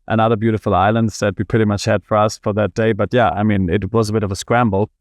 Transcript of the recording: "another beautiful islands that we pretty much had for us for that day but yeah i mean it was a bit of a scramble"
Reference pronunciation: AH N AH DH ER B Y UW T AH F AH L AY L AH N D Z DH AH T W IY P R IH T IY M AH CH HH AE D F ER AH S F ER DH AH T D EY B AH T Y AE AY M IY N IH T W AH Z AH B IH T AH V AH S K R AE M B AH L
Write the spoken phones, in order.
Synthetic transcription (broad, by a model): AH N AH DH ER B Y UW T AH F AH L AY L AH N D Z DH AH T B IY P R IH T IY M AH CH HH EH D F ER AH S F ER DH AH T D EY B AH T Y AE AY M IY N IH T W AH Z AH B IH T AH V AH S K R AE M B L